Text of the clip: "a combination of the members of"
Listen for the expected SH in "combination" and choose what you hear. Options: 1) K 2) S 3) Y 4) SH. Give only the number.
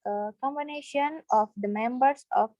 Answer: 4